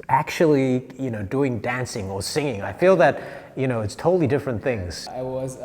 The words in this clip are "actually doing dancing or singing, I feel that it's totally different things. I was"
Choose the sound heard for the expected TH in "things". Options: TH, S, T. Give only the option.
TH